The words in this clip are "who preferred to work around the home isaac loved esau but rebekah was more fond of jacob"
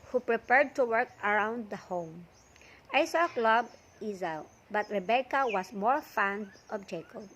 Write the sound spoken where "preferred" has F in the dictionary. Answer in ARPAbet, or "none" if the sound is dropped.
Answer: P